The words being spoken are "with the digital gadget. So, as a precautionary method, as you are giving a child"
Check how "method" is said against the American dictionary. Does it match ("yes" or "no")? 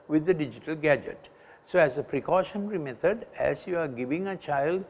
no